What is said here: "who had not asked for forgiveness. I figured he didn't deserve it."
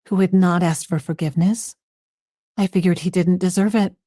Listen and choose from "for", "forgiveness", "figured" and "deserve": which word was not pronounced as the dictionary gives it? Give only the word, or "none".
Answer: none